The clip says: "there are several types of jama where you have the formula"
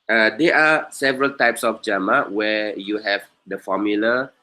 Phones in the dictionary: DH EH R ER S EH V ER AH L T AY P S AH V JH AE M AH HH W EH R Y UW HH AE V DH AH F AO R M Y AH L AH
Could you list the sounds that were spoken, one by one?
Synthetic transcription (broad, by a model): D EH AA S EH V ER AH L T AY P S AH F JH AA M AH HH W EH Y UW HH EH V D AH F AO M Y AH L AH